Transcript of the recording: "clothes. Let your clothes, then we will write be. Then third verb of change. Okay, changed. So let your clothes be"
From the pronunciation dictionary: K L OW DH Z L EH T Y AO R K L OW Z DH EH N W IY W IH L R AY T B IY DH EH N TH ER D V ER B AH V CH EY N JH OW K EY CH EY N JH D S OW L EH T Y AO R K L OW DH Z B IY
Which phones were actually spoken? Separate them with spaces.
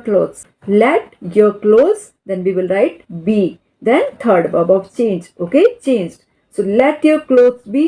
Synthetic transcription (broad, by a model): K L OW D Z L EH T Y AO R K L OW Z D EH N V IY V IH L R AY T B IY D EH N T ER D B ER B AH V CH EY N JH OW K EY CH EY N JH D S OW L EH T Y AO R K L OW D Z B IY